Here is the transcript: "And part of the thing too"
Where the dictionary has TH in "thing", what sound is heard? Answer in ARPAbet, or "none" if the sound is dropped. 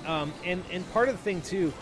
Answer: TH